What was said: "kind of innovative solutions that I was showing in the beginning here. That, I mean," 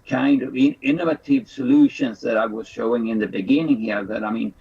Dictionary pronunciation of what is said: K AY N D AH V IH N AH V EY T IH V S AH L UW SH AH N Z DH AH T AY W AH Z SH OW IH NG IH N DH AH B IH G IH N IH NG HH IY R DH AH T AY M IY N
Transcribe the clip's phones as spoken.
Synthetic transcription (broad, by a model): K AY N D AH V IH N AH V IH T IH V S AH L UW SH AH N Z DH AH T AY W AH Z SH OW IH NG IH N DH AH B IH G IH N IH NG HH IY R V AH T AY M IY N